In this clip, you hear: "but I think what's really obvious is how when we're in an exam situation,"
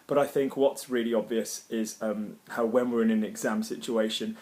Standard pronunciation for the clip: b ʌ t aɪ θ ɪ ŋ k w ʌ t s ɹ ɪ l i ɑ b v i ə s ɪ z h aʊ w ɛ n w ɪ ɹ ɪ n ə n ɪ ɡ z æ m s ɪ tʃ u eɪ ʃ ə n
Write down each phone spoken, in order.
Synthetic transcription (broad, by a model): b ʌ t aɪ θ ɪ ŋ k w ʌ t s ɹ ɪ l i ɑ b v i ə s ɪ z h aʊ w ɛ n w ɪ ɹ ɪ n ə n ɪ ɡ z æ m s ɪ tʃ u eɪ ʃ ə n